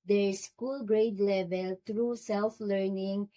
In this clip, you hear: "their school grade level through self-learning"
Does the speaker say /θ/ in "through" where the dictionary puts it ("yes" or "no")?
no